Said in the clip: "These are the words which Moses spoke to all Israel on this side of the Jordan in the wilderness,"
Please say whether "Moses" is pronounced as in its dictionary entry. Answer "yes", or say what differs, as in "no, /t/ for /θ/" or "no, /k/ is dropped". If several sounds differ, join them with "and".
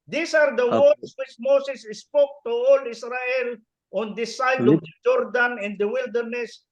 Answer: no, /s/ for /z/